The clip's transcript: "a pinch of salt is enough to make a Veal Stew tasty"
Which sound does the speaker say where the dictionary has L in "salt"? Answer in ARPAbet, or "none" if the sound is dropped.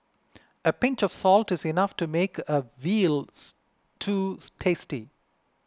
L